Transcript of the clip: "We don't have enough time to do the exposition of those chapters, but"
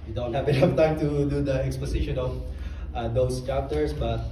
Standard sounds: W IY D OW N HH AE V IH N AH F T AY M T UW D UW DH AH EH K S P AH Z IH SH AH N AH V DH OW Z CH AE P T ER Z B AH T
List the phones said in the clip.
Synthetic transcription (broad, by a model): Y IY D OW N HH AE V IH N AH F T AY M T UW D UW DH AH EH K S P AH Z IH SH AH N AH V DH OW S CH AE P T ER S B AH T